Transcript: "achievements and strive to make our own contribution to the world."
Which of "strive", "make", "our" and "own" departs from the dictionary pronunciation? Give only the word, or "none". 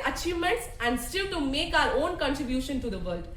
strive